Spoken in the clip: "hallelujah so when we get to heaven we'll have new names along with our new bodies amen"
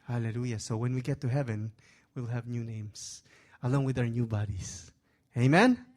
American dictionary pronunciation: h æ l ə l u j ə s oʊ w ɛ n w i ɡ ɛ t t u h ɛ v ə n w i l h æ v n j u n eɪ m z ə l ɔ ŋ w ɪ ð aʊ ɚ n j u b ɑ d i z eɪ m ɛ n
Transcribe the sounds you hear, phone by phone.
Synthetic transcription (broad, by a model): h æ l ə l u j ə s oʊ w ɛ n w i ɡ ɛ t t u h ɛ v ə n w i l h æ v n j u n eɪ m s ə l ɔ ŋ w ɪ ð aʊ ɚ n j u b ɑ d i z eɪ m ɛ n